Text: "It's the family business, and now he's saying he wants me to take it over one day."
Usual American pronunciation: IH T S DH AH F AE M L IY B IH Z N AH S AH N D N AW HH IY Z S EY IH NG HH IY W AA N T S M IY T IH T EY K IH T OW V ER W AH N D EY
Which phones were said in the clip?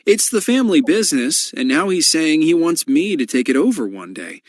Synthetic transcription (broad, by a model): IH T S DH AH F AE M L IY B IH Z N AH S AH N N AW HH IY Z S EY IH NG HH IY W AA N T S M IY T IH T EY K IH T OW V ER W AH N D EY